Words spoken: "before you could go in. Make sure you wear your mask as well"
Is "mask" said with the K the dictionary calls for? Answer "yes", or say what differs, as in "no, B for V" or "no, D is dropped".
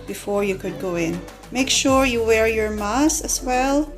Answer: no, K is dropped